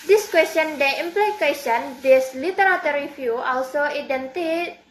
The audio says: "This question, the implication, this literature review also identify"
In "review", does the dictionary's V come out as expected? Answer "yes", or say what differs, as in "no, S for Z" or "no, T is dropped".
no, F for V